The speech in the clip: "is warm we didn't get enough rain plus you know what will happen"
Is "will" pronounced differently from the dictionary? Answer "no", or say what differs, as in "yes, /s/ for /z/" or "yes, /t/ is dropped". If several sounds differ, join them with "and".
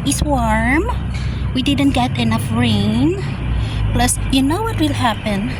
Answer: no